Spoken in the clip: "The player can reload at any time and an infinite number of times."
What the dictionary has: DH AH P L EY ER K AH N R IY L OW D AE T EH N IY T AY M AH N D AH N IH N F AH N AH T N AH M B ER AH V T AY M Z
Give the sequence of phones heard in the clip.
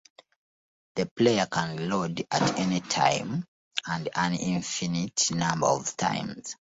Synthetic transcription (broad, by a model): DH AH P L EY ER K AH N L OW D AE T EH N IY T AY M AH N D AH N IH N F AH N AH T N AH M B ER AH V T AY M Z